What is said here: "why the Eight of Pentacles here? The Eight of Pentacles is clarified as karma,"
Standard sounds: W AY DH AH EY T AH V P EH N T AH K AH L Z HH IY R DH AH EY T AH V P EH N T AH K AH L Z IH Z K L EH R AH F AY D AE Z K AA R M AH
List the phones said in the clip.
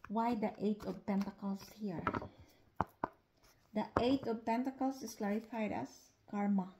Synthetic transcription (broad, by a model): W AY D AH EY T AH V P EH N T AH K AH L S HH IY R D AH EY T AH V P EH N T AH K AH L S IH S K L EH R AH F AY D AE S K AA R M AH